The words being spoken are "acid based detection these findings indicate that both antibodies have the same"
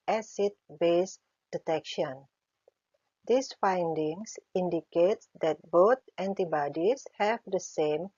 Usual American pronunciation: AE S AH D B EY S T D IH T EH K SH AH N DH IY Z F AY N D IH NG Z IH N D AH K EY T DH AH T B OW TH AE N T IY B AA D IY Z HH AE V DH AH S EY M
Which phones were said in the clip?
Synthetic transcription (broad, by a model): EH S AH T B EY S D IH T EH K SH AH N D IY S F AY N D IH NG S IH N D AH K EY T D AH T B OW T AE N T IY B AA D IY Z HH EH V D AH S EY M